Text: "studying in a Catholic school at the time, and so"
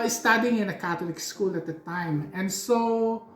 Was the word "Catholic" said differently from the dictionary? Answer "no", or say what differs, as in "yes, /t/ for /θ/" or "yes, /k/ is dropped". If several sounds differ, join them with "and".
yes, /t/ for /θ/